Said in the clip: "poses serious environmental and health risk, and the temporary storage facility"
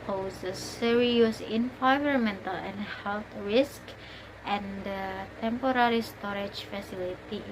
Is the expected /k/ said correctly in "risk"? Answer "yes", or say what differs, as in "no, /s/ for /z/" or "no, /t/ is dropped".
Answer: yes